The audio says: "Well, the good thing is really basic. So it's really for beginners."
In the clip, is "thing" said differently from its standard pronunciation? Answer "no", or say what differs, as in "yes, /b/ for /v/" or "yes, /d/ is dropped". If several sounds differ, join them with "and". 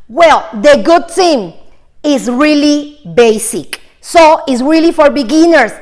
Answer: yes, /t/ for /θ/